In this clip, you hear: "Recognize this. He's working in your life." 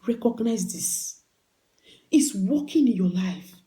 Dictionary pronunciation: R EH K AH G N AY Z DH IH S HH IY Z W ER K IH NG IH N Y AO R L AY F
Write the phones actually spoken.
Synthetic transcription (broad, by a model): R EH K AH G N AY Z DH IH S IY S W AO K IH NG IH N Y AO L AY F